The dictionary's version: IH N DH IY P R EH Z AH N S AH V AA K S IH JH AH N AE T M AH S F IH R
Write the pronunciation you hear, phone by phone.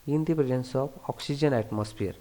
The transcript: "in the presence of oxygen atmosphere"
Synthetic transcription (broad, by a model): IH N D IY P R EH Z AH N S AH P AA K S IH JH AH N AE T M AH S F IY R